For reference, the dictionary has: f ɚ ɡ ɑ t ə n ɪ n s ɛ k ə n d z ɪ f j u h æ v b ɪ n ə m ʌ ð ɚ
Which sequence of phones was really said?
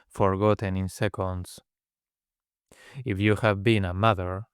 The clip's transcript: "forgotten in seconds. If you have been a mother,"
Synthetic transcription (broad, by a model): f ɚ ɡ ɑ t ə n ɪ n s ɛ k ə n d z ɪ f j u h æ v b ɪ n ə m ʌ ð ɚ